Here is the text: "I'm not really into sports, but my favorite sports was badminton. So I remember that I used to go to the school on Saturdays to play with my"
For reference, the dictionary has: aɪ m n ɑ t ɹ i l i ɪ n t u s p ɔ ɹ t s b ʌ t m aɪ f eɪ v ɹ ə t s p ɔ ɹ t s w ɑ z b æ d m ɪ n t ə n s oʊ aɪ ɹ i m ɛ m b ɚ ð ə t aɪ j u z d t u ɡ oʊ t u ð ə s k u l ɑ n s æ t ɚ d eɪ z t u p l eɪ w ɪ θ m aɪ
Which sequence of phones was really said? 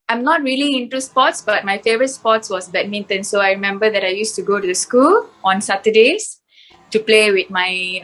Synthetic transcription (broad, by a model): aɪ m n ɑ t ɹ i l i ɪ n t u s p ɔ t s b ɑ t m aɪ f eɪ v ɹ ə t s p ɔ t s w ɑ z b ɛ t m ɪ n t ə n s oʊ aɪ ɹ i m ɛ m b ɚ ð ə t aɪ j u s t u ɡ oʊ t u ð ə s k u l ɑ n s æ t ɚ d eɪ s t u p l eɪ w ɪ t m aɪ